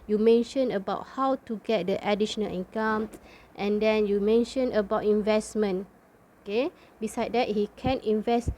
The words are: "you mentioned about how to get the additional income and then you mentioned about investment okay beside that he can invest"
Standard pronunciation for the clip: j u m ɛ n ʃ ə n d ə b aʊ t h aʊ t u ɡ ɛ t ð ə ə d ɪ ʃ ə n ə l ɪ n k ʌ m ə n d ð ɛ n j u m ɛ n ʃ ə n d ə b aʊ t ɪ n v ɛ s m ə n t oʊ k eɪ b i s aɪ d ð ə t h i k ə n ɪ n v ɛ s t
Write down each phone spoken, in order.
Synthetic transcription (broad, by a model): j u m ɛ n ʃ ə n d ə b aʊ t h aʊ t u ɡ ɛ t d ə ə d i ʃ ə n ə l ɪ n k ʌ m ə n d ɛ n j u m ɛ n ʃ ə n ə b aʊ t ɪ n v ɛ s m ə n oʊ k eɪ b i s aɪ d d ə t h i k ə n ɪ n v ɛ s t